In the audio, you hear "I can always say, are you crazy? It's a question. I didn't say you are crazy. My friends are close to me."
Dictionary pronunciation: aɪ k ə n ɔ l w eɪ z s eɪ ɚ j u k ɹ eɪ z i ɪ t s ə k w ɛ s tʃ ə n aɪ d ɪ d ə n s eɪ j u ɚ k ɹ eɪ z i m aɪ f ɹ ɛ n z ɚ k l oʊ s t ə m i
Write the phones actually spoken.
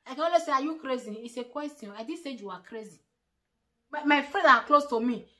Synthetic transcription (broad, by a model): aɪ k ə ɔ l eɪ s eɪ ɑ j u k ɹ eɪ z i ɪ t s ə k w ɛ s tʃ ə ɔ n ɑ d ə s eɪ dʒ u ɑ k ɹ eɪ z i m aɪ f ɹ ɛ z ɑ k l oʊ s t ə m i